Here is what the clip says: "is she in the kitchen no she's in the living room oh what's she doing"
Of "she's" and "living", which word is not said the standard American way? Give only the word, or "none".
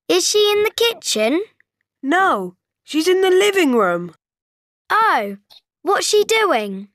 none